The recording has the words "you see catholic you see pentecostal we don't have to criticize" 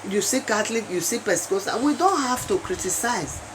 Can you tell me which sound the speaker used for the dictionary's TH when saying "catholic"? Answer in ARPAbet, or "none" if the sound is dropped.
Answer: T